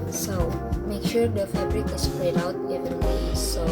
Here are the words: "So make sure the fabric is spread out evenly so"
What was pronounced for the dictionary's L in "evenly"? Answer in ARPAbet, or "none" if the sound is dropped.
W